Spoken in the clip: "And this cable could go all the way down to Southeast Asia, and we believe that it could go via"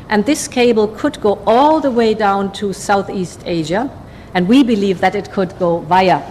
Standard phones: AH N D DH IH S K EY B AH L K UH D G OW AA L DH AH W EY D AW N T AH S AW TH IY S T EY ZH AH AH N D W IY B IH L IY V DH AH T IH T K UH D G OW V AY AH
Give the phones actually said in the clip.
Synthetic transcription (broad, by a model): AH N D DH IH S K EY B L K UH D G OW AA L DH AH W EY D AW N T AH S AW TH IY S T EY ZH AH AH N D W IY B IH L IY V DH AH T IH T K UH D G OW V AY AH